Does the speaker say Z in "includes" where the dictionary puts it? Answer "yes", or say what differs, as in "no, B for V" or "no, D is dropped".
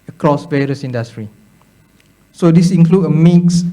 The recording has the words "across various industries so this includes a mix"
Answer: no, Z is dropped